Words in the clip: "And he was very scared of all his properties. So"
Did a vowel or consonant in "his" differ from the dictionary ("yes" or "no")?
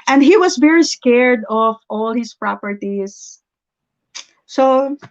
yes